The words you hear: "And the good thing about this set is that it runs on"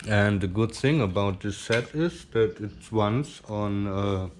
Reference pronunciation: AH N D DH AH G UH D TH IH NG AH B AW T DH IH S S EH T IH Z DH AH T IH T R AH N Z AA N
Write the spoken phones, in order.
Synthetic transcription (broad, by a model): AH N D DH AH G UH D TH IH NG AH B AW T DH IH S S EH T IH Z DH AH T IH T W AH N S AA N